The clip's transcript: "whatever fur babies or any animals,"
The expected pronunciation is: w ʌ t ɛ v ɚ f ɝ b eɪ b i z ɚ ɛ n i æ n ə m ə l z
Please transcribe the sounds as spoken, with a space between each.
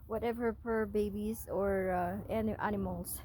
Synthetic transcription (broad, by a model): w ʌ t ɛ v ɚ p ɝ b eɪ b i z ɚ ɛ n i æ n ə m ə l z